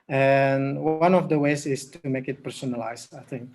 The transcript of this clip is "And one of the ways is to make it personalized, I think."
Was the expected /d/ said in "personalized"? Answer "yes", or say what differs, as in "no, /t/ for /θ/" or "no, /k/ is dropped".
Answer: no, /d/ is dropped